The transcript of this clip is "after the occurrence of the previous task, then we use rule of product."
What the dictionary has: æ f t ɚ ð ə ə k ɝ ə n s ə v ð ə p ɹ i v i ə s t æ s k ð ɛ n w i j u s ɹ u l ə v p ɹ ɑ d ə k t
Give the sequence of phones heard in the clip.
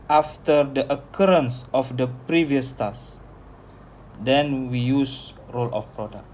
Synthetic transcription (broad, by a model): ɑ f t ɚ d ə ə k ɝ ə n s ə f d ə p ɹ i v i ə s t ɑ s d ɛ n w i j u s ɹ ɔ l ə f p ɹ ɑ d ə k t